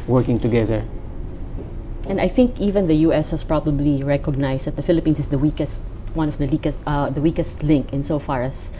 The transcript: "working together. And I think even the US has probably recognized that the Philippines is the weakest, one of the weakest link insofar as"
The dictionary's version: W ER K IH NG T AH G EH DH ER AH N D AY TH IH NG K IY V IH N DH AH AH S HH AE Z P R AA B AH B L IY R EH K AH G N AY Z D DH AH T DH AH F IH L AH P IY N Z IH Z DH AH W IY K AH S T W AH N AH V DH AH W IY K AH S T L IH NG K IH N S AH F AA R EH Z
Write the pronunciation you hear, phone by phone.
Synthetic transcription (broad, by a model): W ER K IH NG T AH G EH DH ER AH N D AY TH IH NG K IY V IH N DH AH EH S HH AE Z P R AA B AH B L IY R EH K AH G N AY S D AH T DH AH F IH L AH P IY N S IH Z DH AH W IY K AH S T W AH N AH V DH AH W IY K AH S T L IH NG K IH N S AH F AA R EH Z